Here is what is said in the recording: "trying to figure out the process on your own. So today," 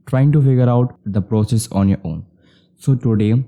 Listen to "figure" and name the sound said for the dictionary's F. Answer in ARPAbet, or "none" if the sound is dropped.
F